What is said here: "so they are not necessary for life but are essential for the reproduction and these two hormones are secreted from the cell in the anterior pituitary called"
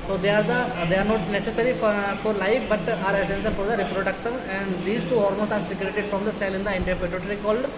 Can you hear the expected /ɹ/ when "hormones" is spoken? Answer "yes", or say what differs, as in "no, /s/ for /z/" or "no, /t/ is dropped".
no, /l/ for /ɹ/